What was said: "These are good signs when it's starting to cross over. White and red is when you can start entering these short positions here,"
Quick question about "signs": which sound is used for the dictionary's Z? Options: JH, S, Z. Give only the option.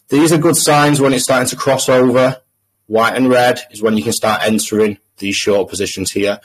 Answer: Z